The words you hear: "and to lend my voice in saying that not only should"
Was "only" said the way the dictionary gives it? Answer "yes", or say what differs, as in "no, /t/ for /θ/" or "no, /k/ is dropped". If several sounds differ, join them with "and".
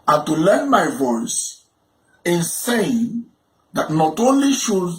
yes